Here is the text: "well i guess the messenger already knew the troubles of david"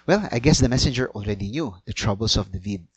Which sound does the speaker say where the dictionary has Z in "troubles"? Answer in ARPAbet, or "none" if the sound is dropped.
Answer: S